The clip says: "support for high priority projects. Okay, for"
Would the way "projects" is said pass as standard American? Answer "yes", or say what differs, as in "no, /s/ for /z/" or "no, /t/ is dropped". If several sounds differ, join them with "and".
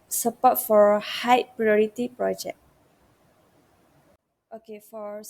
no, /s/ is dropped